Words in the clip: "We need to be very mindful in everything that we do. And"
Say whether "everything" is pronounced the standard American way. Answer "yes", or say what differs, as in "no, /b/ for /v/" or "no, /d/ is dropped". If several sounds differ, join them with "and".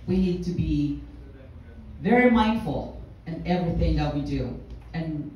yes